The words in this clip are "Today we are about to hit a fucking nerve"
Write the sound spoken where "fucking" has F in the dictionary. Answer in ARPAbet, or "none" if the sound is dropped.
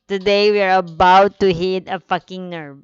F